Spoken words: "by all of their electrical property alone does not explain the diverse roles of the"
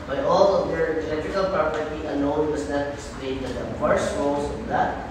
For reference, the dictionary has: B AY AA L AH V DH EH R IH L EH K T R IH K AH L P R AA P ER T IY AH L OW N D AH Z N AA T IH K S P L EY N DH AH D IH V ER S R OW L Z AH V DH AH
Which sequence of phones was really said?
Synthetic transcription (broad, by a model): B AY AA L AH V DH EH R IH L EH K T R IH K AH L P R AA P ER T IY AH N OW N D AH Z N AA T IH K S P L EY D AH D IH F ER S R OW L S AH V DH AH